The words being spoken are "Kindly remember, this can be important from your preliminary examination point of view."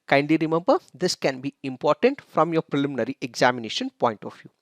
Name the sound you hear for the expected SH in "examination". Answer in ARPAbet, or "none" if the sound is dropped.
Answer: SH